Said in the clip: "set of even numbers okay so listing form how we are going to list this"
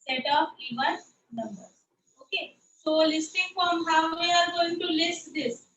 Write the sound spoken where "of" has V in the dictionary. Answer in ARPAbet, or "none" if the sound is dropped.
P